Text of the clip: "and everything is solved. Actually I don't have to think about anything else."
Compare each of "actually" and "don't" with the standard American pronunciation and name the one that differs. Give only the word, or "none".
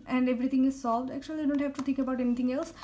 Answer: none